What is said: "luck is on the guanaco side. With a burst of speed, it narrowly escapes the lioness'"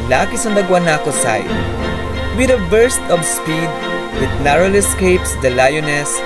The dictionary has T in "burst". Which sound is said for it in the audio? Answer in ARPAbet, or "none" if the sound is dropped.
T